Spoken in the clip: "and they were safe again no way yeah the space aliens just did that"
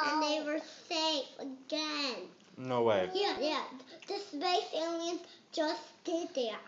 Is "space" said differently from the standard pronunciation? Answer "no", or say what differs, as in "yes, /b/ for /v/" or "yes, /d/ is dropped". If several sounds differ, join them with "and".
yes, /b/ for /p/